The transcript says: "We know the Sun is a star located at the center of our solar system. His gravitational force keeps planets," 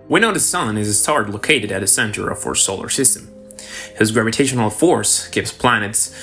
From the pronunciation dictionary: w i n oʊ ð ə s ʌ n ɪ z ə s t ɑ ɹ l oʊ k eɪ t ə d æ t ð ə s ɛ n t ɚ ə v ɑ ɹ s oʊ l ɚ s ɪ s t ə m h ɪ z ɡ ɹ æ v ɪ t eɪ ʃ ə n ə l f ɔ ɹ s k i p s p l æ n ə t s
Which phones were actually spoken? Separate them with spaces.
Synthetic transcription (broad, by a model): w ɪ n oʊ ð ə s ʌ n ɪ z ə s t ɑ ɹ l oʊ k eɪ t ə d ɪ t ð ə s ɛ n t ɚ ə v ɑ ɹ s oʊ l ɚ s ɪ s t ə m h ɪ z ɡ ɹ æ v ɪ t eɪ ʃ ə n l f ɔ ɹ s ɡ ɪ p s p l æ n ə t s